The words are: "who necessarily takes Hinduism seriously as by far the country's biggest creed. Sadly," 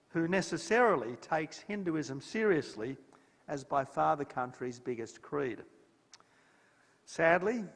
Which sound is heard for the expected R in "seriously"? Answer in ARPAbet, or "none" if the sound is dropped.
R